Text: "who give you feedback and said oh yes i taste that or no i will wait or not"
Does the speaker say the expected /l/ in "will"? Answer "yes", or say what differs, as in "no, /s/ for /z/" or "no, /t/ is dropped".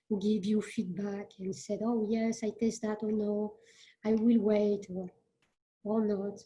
yes